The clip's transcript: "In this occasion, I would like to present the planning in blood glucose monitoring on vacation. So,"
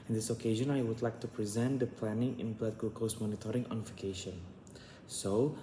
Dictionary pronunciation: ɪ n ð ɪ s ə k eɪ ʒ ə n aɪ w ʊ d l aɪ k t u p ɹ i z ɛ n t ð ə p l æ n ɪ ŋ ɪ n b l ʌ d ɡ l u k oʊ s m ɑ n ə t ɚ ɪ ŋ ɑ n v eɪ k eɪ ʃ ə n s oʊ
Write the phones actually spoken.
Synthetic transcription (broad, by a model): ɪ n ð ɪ s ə k eɪ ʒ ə n aɪ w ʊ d l aɪ k t u p ɹ i z ɛ n t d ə p l æ n ɪ ŋ ɪ n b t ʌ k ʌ l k oʊ s m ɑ n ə t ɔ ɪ ŋ ɑ n f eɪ k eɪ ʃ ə n s oʊ